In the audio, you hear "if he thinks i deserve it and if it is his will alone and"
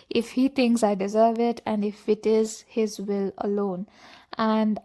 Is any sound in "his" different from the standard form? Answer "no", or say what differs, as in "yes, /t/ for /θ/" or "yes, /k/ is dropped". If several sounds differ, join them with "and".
no